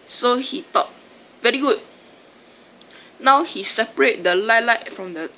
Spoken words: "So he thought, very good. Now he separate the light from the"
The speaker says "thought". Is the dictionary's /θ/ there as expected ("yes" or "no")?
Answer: no